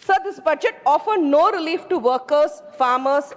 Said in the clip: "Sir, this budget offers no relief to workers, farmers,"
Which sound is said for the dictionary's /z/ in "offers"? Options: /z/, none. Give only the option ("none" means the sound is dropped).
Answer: none